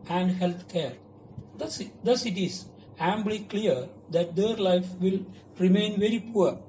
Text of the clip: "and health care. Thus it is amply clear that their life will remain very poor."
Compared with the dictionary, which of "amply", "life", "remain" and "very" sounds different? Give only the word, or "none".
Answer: amply